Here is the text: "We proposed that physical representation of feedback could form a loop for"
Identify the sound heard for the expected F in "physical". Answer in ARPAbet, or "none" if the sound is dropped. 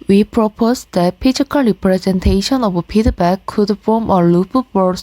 P